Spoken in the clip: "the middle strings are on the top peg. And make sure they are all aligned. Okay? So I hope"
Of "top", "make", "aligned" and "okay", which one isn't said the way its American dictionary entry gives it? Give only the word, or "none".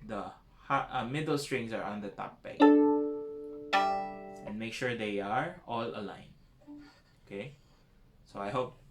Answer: aligned